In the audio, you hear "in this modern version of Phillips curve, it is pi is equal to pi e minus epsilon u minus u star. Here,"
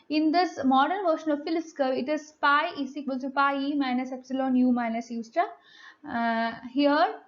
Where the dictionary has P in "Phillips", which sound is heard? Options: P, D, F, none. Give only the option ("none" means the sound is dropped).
none